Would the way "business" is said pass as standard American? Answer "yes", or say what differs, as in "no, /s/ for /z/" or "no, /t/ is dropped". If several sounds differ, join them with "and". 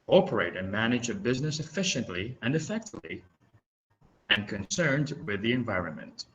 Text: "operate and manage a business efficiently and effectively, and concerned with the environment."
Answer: yes